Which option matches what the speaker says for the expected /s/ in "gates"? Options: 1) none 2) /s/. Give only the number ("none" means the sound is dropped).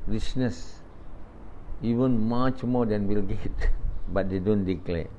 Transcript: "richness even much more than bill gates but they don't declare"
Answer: 1